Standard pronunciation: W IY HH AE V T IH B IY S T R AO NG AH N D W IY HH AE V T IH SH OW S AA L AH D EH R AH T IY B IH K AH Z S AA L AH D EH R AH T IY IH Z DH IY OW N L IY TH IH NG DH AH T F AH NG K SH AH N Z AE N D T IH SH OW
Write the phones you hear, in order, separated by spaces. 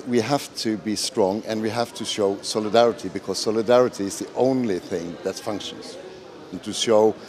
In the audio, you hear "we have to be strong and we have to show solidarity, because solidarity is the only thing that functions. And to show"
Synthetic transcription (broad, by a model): W IY HH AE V T IH B IY S T R AO NG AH N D W IY HH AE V T IH SH OW S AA L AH D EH R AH T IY B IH K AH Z S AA L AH D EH R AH T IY IH Z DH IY OW N L IY TH IH NG DH AH T F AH NG K SH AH N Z N T IH SH OW